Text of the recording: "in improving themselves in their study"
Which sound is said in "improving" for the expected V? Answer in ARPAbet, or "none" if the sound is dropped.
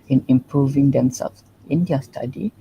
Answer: V